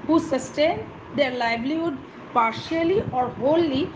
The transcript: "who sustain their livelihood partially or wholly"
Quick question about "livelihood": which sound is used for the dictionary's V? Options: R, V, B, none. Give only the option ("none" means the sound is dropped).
B